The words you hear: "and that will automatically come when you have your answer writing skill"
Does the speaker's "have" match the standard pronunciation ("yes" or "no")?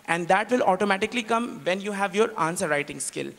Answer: yes